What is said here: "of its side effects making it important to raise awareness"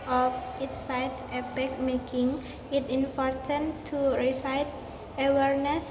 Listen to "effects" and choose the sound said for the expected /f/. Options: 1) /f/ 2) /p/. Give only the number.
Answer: 2